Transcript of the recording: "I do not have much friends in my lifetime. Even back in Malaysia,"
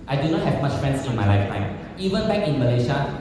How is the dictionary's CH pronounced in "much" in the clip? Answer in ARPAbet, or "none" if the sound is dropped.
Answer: CH